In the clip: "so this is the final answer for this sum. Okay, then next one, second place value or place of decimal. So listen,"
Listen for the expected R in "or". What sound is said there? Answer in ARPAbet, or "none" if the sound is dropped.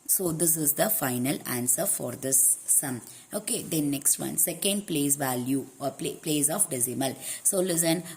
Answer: L